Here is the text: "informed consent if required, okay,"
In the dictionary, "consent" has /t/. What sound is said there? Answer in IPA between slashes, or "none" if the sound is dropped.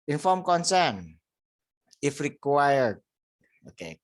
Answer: none